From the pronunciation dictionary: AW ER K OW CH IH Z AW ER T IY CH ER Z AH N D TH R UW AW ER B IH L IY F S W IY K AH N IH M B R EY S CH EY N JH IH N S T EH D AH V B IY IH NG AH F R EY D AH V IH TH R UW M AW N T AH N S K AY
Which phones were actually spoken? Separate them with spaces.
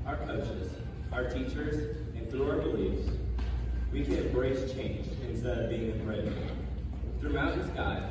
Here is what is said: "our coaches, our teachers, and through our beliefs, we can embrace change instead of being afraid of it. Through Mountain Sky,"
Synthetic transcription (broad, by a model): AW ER K OW CH IH Z AW ER T IY CH ER Z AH N TH R UW AW ER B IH L IY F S W IY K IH B R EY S CH EY N JH IH N S T EH D AH V B IY IH NG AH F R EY AH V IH TH R UW AW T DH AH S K AY